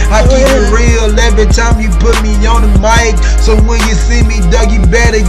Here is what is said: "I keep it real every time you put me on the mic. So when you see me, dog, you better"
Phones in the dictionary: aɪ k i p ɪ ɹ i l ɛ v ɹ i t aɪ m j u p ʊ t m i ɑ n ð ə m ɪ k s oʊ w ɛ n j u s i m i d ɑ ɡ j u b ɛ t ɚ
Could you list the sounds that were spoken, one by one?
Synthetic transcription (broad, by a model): aɪ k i ɪ ɹ i l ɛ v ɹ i t aɪ m j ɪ p ʊ t m i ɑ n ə m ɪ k s oʊ w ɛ n j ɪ s i m i d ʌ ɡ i b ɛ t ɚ